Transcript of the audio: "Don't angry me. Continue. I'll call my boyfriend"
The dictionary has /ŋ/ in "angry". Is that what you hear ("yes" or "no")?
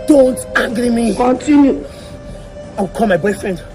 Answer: no